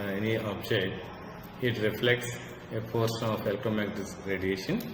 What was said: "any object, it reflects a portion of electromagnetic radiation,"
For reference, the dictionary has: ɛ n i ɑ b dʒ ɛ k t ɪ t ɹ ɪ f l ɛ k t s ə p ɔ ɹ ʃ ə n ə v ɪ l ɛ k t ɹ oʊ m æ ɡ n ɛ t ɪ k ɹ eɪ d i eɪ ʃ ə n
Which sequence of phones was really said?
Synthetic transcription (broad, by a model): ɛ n i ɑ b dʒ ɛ t ɪ t ɹ ɪ f l ɛ k t s ə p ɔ ɹ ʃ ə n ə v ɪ l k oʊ m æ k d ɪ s ɹ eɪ d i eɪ ʃ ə n